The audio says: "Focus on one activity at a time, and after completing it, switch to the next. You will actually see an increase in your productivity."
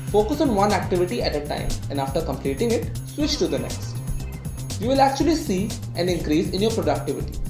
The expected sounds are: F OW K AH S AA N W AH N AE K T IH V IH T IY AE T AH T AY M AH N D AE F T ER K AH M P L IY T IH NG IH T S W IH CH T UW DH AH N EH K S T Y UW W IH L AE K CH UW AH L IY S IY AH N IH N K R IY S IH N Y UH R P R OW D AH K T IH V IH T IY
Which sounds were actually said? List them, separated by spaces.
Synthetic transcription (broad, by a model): F OW K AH S AA N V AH N AE K T IH V IH T IY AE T AH T AY M AH N D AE F T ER K AH M P L IY T IH NG IH T S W IH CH T UW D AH N EH K S T Y UW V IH L AE K CH UW AH L IY S IY AH N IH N K R IY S IH N Y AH R P R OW D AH K T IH V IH T IY